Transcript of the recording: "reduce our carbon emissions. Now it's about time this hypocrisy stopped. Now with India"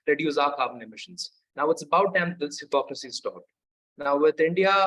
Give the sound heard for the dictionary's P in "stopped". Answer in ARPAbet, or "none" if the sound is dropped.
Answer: none